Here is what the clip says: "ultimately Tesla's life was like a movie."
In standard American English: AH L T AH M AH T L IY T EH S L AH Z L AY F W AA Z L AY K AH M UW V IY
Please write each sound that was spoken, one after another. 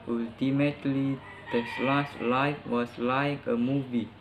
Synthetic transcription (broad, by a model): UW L T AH M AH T L IY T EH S L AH S L AY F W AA S L AY K AH M UW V IY